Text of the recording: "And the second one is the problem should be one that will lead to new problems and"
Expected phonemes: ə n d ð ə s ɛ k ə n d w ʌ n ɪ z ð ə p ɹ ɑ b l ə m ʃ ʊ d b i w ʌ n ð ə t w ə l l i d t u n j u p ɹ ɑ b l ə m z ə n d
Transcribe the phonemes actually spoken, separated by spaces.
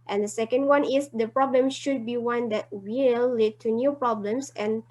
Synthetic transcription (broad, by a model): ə n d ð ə s ɛ k ə n d w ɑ n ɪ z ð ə p ɹ ɑ b l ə m ʃ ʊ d b i w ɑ n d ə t w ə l l i d t u n j u p ɹ ɑ b l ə m s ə n